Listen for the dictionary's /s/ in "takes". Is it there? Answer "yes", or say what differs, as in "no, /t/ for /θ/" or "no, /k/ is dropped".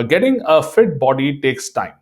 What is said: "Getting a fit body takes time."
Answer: yes